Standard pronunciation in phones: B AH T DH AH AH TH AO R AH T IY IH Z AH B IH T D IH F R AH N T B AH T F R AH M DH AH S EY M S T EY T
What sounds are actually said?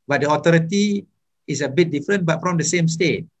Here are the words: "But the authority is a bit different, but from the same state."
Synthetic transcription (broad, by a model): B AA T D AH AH T AO R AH T IY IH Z AH B IH T D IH F R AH N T B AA T F R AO M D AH S EY M S T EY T